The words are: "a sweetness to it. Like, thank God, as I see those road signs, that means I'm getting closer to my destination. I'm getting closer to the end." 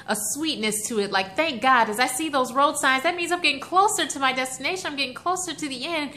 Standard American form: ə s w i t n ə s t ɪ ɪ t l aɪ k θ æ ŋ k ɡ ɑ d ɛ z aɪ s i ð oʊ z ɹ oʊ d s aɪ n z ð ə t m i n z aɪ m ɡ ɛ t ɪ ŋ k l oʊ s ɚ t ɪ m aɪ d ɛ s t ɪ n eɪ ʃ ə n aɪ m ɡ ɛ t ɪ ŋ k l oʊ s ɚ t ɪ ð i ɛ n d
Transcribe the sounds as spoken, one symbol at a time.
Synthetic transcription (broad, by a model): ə s w i t n ə s t ɪ ɪ t l aɪ k θ æ ŋ k ɡ ɑ d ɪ z aɪ s i ð oʊ z ɹ oʊ d s aɪ n z ð ə t m i n z aɪ m ɡ ɛ t ɪ ŋ k l oʊ s ɚ t ɪ m aɪ d ɛ s t ɪ n eɪ ʃ ə n aɪ m ɡ ɛ t ɪ ŋ k l oʊ s ɚ t ɪ ð i ɛ n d